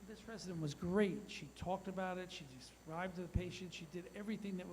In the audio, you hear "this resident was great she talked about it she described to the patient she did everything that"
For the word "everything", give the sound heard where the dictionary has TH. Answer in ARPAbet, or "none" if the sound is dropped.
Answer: TH